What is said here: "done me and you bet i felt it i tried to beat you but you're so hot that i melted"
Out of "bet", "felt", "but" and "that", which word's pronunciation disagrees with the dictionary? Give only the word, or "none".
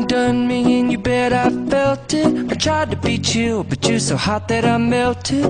none